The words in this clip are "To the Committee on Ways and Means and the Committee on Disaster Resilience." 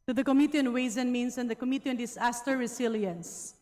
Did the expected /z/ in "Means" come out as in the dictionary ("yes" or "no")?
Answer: no